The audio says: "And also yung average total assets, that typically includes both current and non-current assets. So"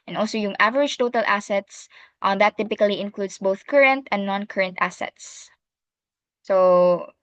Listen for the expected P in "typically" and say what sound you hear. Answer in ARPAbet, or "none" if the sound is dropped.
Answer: P